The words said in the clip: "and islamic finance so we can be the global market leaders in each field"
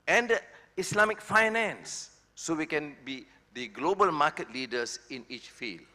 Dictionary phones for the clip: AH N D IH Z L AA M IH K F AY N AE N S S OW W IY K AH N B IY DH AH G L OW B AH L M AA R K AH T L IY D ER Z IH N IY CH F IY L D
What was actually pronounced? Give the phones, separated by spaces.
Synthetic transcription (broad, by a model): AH N D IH S L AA M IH K F AY N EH N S S OW W IY K AH N B IY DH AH G L OW B AH L M AA K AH T L IY D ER S IH N IY CH F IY L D